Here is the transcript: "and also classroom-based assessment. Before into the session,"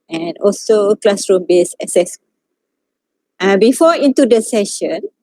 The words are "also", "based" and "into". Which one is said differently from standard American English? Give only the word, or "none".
based